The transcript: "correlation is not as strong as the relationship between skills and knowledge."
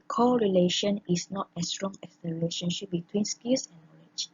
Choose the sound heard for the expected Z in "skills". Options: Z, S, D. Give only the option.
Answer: S